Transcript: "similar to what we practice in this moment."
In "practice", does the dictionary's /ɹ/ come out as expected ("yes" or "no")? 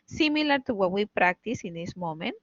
yes